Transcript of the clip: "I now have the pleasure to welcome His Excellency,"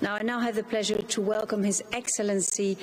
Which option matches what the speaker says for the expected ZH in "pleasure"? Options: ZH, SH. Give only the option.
ZH